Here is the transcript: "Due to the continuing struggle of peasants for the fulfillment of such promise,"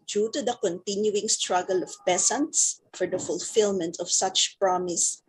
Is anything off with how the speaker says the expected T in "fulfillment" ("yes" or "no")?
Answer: no